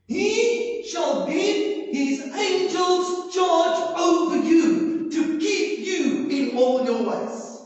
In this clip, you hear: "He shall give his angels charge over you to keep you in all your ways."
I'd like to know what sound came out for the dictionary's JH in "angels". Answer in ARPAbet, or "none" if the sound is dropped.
JH